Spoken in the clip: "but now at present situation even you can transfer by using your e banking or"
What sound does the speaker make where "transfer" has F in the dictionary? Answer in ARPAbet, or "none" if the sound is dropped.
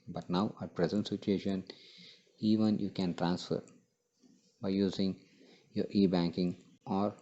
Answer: F